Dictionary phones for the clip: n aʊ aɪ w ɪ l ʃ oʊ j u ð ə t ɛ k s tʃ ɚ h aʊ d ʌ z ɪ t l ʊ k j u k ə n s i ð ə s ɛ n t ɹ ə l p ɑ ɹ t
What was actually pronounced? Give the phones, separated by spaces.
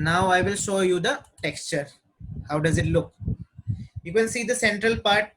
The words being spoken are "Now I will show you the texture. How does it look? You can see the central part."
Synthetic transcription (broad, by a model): n aʊ aɪ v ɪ l ʃ oʊ j u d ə t ɛ k s tʃ ɚ h aʊ d ʌ z ɪ t l ʊ k j u k ə n s i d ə s ɛ n t ɹ ə l p ɑ ɹ t